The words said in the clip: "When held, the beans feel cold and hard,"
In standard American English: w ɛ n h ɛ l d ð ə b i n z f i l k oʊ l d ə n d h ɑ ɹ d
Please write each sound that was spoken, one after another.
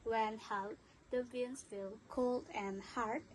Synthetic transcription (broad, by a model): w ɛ n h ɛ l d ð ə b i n s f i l k oʊ l d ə n h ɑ ɹ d